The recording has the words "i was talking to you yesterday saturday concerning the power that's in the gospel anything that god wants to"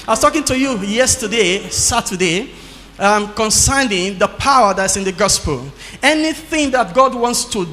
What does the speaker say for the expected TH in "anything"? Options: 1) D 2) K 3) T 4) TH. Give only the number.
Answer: 4